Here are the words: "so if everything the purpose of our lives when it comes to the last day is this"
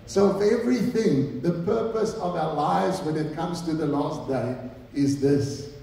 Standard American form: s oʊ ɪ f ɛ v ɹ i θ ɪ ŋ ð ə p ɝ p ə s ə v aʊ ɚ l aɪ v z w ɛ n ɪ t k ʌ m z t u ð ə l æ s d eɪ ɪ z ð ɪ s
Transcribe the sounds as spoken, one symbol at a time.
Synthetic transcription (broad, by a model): s oʊ ɪ f ɛ v ɹ i θ ɪ ŋ ð ə p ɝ p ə s ə v aʊ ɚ l aɪ v z w ɛ n ɪ t k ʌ m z t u ð ə l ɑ s d eɪ ɪ z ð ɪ s